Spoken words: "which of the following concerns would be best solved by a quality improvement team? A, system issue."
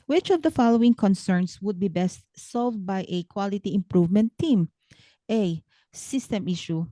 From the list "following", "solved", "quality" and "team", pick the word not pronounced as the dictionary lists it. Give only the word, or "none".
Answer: none